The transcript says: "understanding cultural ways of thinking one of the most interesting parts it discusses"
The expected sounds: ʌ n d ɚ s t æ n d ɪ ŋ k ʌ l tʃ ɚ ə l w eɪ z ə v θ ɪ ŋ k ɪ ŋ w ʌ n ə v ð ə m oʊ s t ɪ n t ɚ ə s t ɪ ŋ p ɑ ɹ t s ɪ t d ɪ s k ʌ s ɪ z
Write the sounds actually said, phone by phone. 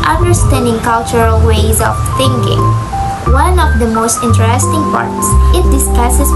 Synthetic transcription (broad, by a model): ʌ n d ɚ s t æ n d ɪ ŋ k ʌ l tʃ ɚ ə l w eɪ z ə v θ ɪ ŋ k ɪ ŋ w ʌ n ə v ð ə m oʊ s t ɪ n t ɚ ə s t ɪ ŋ p ɑ ɹ t s ɪ t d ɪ s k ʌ s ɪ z